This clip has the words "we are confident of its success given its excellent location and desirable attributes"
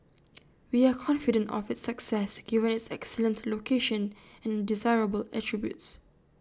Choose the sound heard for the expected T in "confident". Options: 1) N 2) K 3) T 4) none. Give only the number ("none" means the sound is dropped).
3